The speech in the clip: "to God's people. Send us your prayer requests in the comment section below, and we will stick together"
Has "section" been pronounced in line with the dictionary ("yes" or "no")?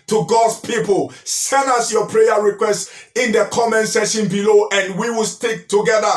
no